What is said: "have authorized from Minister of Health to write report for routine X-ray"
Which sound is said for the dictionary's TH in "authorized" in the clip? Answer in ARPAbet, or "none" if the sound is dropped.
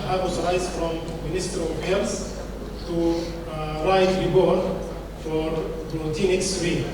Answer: S